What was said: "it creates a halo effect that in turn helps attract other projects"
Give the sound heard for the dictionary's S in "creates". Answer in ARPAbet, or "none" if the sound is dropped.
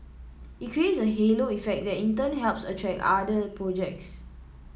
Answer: S